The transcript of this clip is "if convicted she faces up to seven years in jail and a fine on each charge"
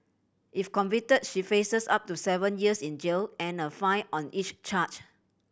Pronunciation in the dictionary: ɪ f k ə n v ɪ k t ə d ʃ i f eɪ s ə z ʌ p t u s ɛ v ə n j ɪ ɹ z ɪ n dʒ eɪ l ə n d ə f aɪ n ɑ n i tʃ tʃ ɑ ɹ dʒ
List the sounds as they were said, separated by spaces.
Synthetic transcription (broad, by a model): ɪ f k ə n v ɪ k t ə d ʃ i f eɪ s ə s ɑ p t u s ɛ v ə n j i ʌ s ɪ n dʒ eɪ l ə n ə f aɪ ɑ n i tʃ tʃ ɑ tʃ